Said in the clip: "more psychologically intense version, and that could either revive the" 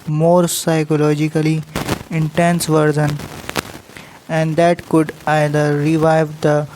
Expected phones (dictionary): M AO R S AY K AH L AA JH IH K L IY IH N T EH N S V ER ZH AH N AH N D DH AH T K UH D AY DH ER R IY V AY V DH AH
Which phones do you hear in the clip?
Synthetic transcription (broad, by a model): M AO R S AY K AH L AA JH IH K L IY IH N T EH N S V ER Z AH N AH N D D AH T K UH D AY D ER R IY V AY V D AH